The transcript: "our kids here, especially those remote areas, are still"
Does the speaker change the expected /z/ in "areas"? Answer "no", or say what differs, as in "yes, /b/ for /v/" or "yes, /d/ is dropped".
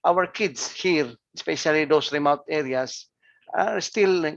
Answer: yes, /s/ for /z/